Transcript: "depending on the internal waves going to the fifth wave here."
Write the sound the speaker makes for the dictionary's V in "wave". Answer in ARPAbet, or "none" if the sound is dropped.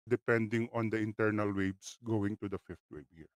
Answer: B